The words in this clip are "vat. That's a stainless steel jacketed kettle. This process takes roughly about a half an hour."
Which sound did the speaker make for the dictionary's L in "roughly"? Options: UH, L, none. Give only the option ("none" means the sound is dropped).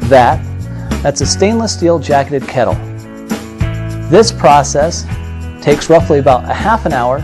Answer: L